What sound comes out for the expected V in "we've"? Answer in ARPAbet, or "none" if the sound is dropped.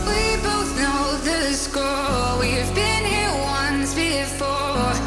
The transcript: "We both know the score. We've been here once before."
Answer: V